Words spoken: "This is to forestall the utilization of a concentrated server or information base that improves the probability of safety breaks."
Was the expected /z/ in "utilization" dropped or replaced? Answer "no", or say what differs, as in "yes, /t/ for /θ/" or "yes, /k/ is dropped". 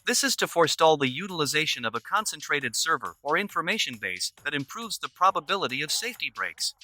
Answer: no